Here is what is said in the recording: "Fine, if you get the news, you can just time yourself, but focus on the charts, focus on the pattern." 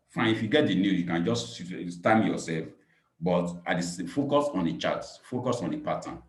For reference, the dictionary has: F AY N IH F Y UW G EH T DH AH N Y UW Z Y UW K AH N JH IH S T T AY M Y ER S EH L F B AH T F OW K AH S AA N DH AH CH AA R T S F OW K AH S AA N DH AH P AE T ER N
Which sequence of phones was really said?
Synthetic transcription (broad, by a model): F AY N IH F Y UW G EH T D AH N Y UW Y UW K AH N JH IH S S T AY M Y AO S EH L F B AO T F OW K AH S AA N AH CH AA T F OW K AH S AA N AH P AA T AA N